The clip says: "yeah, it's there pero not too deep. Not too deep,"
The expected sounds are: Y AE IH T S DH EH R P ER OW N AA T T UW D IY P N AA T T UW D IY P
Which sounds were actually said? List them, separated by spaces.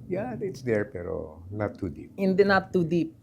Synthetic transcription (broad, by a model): Y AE IH T S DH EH R P ER OW N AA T T UW D IY P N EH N T UW D IY P